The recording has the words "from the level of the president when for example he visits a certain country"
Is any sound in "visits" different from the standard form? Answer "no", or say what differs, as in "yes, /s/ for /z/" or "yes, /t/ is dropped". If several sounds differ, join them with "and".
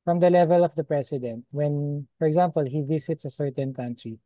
yes, /s/ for /z/